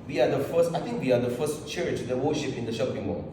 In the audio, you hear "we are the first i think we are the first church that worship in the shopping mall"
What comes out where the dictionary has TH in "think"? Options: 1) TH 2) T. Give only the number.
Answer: 2